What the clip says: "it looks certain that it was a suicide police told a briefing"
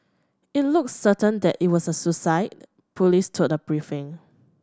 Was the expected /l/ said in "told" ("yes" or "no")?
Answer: no